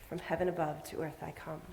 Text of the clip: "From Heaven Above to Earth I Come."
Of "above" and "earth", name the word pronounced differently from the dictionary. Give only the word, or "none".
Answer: none